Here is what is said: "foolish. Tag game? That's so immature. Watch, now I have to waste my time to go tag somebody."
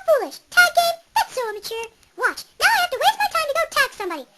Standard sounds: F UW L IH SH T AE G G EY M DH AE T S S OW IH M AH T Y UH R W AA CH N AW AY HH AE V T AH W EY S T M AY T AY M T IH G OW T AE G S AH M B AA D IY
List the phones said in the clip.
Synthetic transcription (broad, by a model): F UW L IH SH T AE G G EY M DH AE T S S OW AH M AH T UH R W AA CH N AW AY HH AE F T AH W EY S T M AY T AY M T IH G OW T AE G S AH M B AA D IY